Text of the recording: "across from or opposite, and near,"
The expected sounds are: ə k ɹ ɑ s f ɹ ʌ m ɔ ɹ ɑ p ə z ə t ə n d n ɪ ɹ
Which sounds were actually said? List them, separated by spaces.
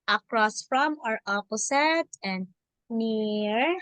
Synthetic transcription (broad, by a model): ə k ɹ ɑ s f ɹ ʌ m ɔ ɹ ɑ p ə s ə t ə n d n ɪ ɹ